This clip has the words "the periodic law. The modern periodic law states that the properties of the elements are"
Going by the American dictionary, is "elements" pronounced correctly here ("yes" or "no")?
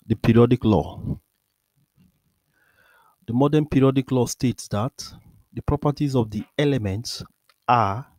yes